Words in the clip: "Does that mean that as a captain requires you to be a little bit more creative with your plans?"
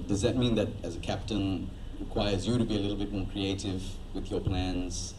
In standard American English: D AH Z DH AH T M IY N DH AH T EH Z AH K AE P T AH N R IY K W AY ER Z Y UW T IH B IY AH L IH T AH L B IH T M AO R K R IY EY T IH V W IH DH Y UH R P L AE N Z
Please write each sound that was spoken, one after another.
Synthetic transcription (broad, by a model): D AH Z DH AH T M IY N DH AH T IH Z AH K AE P T AH N R IY K W AY ER Z Y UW T IH B IY AH L IH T L B IH T M AO R K R IY EY T IH V W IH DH Y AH R P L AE N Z